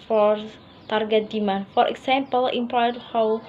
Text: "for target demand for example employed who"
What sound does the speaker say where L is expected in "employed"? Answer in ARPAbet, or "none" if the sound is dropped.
none